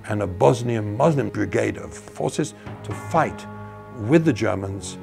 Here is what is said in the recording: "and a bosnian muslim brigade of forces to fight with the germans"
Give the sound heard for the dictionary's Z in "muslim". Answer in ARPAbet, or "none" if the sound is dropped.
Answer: Z